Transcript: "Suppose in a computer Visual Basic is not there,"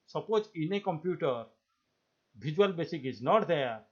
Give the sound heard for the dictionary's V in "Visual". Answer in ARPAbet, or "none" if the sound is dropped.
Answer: B